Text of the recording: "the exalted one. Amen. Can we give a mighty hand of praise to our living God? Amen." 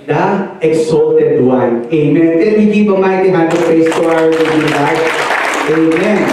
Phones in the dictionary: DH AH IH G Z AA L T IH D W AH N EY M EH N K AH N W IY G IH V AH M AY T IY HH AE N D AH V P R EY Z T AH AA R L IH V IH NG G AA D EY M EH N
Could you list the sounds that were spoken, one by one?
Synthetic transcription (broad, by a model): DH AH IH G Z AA L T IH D W AH N EY M EH N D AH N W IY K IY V AH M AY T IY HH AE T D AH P EY S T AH AA R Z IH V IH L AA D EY M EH N